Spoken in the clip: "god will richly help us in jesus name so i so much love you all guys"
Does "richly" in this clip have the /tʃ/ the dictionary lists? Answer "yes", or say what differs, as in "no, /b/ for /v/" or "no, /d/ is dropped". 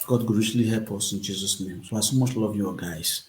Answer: no, /ʃ/ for /tʃ/